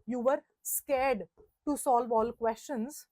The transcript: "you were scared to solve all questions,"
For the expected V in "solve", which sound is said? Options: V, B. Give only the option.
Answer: V